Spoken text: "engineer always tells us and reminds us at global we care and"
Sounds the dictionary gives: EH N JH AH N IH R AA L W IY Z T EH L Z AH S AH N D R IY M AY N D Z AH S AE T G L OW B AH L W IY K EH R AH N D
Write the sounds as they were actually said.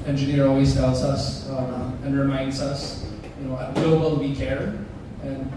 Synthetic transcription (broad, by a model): EH N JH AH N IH R AA L W IY Z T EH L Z AH S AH N R IY M AY N D Z AH S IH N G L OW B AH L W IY K EH R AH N